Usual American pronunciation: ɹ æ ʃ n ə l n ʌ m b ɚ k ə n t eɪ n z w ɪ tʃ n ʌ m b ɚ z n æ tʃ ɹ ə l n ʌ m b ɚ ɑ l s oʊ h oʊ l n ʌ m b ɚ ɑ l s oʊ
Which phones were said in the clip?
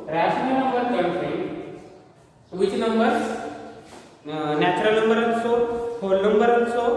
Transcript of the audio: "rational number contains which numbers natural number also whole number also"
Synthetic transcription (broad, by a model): ɹ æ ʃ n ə n ʌ m b ɚ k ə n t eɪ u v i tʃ n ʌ m b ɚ n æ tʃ ɹ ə l n ʌ m b ɚ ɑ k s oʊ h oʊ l n ʌ m b ɚ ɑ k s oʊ